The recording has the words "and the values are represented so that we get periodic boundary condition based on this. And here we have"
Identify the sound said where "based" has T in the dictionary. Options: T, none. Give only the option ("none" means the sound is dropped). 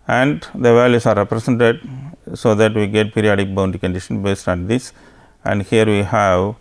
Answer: T